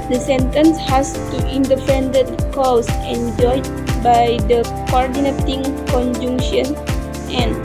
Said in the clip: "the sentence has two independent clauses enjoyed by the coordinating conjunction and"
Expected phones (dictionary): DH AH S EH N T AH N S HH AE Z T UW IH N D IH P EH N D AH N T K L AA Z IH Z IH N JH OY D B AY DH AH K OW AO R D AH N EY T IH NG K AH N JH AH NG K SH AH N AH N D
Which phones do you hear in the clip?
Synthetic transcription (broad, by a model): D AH S EH N T AH N S HH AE S T UW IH N D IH F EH N D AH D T K AA S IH N JH OY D B AY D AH K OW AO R D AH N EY T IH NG K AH N JH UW NG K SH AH N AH N